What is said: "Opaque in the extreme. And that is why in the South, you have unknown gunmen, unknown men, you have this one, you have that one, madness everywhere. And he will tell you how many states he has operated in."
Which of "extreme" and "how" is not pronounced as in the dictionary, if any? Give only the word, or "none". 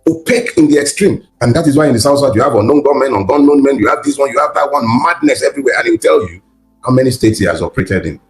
none